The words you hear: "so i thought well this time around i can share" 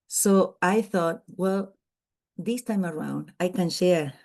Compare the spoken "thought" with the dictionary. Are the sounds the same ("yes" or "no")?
yes